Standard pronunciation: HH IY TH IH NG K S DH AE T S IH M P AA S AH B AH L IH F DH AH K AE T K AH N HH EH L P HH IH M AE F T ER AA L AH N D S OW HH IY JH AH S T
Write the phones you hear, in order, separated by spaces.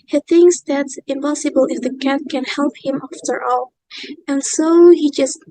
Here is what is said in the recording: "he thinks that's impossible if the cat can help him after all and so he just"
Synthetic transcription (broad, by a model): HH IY TH IH NG K S DH AE T S IH M P AA S AH B AH L IH F DH AH K AE T K AH N HH EH L P HH IH M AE F T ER AA L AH N S OW HH IY JH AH S T